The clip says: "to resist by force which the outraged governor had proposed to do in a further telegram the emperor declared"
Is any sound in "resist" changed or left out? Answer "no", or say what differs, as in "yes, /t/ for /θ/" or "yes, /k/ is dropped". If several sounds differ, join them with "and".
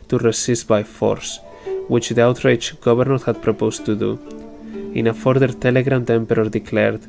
yes, /s/ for /z/